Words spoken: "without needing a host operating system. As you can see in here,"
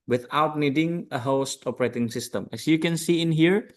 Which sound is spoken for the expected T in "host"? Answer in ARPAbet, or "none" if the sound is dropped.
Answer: T